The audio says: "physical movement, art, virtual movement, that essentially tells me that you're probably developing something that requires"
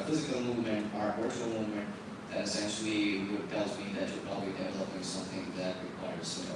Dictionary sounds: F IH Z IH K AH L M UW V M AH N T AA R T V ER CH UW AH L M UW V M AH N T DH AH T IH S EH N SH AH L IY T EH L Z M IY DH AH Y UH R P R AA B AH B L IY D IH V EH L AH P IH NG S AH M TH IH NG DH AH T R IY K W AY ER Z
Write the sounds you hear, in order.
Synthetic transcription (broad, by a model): F IH Z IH K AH L M UW V M AH N T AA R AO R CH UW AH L M UW V M AH N T DH AH T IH S EH N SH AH W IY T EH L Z M IY DH AH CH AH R P R AA B AH B L IY D IH V EH L AH P IH NG S AH M TH IH NG DH AH T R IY K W AY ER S